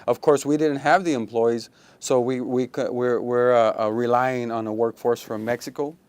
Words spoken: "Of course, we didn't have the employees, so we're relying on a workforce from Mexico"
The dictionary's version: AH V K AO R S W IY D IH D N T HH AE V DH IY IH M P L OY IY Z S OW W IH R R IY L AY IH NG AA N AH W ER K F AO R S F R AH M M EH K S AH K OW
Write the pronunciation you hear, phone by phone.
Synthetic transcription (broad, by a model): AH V K AO R S W IY D IH D N T HH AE V DH IY IH M P L OY IY Z S OW W IH R R IY L AY IH NG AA N AH W ER K F AO R S F R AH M M EH K S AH K OW